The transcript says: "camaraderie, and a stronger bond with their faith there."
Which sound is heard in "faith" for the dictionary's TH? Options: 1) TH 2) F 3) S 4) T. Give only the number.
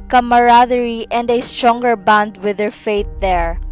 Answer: 4